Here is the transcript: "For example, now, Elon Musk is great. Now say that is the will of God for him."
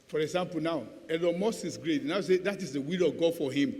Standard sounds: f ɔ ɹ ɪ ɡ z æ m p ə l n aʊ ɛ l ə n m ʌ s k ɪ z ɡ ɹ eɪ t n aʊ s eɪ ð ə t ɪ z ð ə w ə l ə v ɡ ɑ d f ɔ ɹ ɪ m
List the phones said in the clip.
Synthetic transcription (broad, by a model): f ɔ ɹ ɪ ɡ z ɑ m p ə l n aʊ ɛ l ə m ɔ s ɪ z ɡ ɹ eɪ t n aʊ s eɪ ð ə t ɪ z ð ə w ə l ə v ɡ ɑ d f ɔ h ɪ m